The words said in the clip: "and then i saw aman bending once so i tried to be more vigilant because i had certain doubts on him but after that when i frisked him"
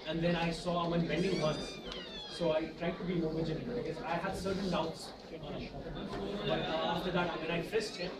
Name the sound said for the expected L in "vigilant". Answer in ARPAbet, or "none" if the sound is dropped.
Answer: N